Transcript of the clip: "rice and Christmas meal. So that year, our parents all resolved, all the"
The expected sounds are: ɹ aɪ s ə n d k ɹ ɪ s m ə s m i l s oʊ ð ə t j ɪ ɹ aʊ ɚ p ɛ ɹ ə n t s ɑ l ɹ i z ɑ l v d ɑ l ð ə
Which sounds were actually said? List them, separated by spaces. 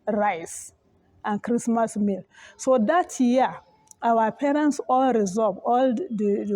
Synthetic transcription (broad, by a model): ɹ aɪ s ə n k ɹ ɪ s m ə s m i l s oʊ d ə t j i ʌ aʊ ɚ p ɛ ɹ ə n t s ɑ l ɹ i z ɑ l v ɑ l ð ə